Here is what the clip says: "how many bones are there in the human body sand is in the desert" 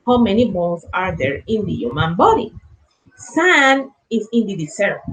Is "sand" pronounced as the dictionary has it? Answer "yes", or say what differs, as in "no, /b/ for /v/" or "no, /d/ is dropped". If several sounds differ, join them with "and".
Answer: no, /d/ is dropped